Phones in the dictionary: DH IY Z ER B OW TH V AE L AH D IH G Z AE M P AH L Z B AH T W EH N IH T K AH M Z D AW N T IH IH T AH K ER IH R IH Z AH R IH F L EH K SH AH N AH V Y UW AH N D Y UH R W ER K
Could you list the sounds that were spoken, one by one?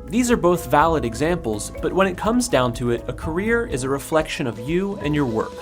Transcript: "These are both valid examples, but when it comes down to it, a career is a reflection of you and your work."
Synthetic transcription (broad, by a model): DH IY Z ER B OW TH V AE L AH D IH G Z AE M P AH L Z B AH T W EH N IH T K AH M Z D AW N T IH IH T AH K ER IH R IH Z AH R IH F L EH K SH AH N AH V Y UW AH N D Y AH R W ER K